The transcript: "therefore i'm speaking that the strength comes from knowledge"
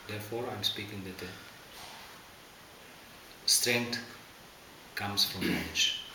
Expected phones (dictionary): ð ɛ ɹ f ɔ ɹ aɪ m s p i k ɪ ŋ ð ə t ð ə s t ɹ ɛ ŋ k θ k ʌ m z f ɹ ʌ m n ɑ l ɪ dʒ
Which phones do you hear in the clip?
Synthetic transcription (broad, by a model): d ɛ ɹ f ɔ ɹ aɪ m s p i k ɪ ŋ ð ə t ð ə s t ɹ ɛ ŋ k t k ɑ m s f ɹ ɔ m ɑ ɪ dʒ